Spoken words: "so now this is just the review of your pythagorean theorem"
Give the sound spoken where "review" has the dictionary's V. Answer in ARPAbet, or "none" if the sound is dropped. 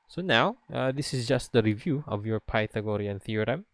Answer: V